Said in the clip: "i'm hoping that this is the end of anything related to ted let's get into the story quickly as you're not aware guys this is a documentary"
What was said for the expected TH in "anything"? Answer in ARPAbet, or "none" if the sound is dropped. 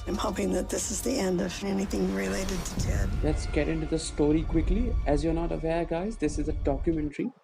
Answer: TH